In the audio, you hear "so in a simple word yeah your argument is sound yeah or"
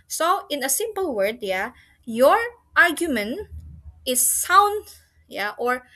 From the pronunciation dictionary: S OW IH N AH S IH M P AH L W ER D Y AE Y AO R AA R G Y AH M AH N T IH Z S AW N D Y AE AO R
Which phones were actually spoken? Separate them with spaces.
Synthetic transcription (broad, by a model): S OW IH N AH S IH M P AH L W ER D Y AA Y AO R AA R G Y AH M AH N T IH S AW N D Y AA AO R